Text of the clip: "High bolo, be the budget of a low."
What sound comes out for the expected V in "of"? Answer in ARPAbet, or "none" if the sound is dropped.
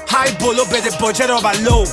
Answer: B